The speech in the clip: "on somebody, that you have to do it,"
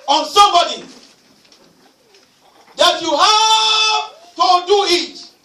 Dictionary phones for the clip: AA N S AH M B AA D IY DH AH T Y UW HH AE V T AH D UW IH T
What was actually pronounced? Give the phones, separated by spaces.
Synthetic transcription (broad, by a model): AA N S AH M B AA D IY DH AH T Y UW HH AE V T AH D UW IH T